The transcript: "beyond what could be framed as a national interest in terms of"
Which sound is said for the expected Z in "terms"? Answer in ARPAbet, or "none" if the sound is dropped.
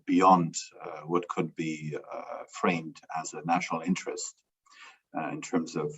Z